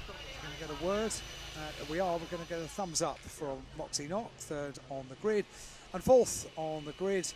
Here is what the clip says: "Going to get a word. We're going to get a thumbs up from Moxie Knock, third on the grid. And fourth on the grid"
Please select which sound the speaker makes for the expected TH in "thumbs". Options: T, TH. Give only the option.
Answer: TH